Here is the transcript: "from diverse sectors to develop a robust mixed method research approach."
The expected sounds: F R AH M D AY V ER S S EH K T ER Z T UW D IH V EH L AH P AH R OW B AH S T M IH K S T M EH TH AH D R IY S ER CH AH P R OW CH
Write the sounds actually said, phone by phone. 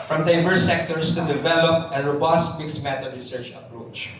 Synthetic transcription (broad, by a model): F R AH M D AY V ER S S EH K T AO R T UW D IH V EH L AH P AH R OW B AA S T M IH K S M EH T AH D R IY S ER CH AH P R OW CH